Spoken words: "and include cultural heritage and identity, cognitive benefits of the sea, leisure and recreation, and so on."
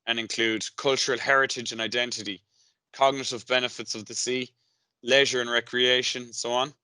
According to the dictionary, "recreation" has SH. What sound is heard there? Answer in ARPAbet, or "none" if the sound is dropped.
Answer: none